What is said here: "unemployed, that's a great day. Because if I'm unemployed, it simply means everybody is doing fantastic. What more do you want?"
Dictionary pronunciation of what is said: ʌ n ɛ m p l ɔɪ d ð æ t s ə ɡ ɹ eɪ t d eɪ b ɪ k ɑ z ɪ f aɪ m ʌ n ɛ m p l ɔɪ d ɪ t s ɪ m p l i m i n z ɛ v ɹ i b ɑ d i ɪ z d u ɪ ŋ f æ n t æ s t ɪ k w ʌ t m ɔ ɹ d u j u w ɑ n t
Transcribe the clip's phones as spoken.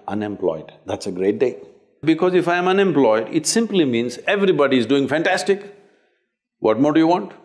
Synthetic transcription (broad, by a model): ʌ n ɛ m p l ɔɪ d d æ t s ə ɡ ɹ eɪ t d eɪ b ɪ k ɑ z ɪ f aɪ m ʌ n ɛ m p l ɔɪ d ɪ t s ɪ m p l i m i n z ɛ v ɹ i b ɑ d i ɪ z d u ɪ ŋ f æ n t æ s t ɪ k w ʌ t m ɔ ɹ d u j u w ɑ n t